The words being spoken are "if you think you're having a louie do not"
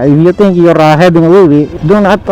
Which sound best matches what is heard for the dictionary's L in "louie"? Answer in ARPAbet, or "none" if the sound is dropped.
W